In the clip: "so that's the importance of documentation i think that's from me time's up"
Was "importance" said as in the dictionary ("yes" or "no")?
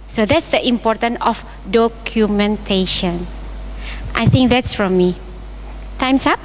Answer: no